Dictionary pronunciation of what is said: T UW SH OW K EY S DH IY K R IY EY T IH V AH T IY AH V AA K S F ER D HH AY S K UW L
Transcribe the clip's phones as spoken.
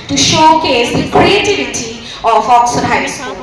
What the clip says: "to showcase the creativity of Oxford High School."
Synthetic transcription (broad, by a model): T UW SH OW K EY S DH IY K R IY EY T IH V AH T IY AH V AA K S ER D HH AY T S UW